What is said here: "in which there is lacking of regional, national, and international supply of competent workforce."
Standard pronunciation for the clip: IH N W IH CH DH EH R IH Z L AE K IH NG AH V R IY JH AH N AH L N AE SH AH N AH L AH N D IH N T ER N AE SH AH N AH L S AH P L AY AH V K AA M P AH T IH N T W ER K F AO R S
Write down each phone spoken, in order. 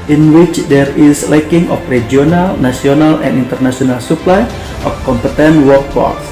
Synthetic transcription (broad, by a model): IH N W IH CH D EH R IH S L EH K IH NG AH F R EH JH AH N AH L N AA S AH N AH L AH N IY N T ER N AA S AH N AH L S AH P L AY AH F K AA M P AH T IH N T W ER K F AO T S